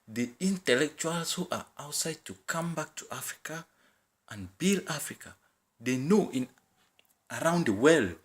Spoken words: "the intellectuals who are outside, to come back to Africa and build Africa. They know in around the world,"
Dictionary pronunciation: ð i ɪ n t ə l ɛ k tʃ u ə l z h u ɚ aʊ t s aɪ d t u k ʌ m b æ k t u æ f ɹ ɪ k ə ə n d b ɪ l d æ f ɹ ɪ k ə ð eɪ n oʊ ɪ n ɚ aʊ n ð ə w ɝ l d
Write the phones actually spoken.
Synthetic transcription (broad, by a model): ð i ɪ n t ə l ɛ k tʃ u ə l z h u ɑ aʊ t s aɪ d t u k ʌ m b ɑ k t u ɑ f ɹ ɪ k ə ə n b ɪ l ɑ f ɹ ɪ k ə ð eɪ n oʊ ɪ n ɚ aʊ n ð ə w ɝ l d